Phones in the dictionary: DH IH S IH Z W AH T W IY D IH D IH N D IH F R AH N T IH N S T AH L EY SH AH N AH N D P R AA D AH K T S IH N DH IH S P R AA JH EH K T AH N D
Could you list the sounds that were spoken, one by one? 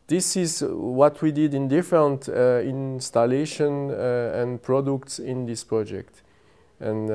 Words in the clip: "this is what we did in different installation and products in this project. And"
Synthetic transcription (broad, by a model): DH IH S IH Z W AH T W IY D IH D IH N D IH F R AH N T IH N S T AH L EY SH AH N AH N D P R AA D AH K T S IH N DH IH S P R AA JH EH K T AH N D